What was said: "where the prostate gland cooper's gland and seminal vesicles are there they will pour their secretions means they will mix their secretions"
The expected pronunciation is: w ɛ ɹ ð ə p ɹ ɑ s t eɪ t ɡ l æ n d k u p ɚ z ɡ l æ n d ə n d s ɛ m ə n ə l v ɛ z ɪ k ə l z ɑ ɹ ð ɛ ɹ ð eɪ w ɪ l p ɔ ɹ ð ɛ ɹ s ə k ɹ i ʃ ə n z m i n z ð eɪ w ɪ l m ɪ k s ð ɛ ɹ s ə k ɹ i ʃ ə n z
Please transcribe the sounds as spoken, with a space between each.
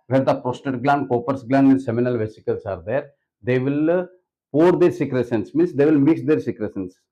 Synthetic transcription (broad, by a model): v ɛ ɹ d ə p ɹ ɑ s t eɪ t ɡ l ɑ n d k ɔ p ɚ s ɡ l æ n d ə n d s ɛ m ə n ə l v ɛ s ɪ k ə l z ɑ ɹ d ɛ ɹ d eɪ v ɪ l p ɔ ɹ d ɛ ɹ s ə k ɹ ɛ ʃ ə n s m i n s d eɪ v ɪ l m ɪ k s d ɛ ɹ s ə k ɹ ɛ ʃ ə n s